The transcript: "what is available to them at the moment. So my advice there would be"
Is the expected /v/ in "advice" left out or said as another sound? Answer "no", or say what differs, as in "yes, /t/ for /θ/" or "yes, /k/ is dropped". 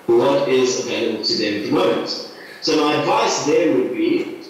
no